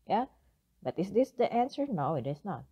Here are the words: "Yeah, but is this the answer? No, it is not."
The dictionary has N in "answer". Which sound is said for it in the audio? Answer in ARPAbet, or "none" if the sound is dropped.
N